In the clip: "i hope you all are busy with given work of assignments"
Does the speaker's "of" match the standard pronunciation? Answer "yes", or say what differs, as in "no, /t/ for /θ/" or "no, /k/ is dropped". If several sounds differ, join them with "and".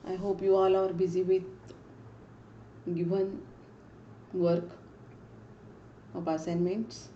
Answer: no, /p/ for /v/